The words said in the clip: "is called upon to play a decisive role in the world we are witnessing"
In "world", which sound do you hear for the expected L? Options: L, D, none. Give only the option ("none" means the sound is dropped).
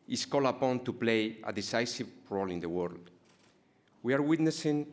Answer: L